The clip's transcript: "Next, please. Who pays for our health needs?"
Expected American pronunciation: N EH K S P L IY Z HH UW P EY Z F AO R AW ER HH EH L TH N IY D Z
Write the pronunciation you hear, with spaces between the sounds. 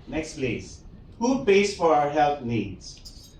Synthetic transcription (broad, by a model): N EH K S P L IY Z HH UW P EY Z F AO R AW ER HH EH L T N IY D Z